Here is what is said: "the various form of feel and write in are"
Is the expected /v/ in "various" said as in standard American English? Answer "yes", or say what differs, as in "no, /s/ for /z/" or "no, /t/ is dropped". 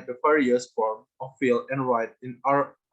no, /f/ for /v/